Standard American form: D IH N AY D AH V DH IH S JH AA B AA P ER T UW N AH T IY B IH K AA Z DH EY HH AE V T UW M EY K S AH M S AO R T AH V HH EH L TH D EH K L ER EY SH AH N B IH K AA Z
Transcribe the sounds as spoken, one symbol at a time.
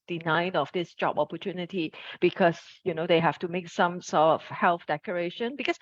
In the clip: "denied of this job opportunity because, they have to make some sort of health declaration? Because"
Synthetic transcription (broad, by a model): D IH N AY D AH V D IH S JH AA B AA P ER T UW N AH T IY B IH K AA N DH EY HH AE F T UW M EY K S AH M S AO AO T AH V HH EH L TH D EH K ER EY SH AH N B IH K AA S